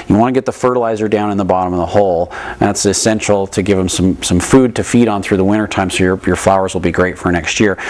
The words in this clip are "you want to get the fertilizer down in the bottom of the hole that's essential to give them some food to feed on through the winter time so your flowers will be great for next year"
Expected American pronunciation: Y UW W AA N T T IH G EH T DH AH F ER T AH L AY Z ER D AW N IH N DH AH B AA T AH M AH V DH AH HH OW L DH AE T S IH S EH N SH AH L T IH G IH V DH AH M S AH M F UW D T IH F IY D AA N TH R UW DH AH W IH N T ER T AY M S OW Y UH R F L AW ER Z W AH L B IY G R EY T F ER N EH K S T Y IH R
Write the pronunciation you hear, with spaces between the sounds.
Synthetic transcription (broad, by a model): Y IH W AA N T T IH G EH T DH AH F ER T AH L AY Z ER D AW N IH N DH AH B AA T AH M AH V DH AH HH OW L DH AE T S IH S EH N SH L T IH G IH V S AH M S AH M F UW D T IH F IY D N TH R UW DH AH W IH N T ER T AY M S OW Y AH R F L AW ER Z W AH L B IY G R EY T F ER N EH K S T Y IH R